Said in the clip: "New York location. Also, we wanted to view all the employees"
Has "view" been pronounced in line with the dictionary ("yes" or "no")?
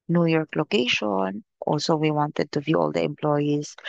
yes